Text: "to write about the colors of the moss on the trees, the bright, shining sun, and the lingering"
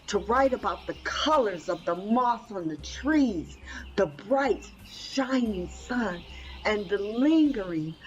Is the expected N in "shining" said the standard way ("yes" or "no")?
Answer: yes